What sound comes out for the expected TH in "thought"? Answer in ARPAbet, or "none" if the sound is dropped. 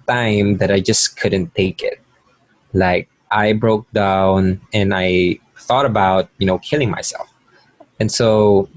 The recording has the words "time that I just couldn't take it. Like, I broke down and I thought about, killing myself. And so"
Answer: TH